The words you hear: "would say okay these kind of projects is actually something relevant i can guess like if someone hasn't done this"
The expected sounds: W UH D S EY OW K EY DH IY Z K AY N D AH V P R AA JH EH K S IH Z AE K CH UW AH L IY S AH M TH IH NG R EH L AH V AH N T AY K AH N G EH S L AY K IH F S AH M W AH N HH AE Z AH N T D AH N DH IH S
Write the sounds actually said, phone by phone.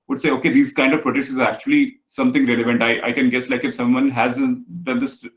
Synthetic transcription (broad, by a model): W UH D S EY OW K EY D IY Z K AY N D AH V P R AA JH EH S IH Z AE K CH UW AH L IY S AH M T IH NG R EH L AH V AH N T AY K AH N G EH S L AY K IH F S AH M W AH N HH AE Z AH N D AH N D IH S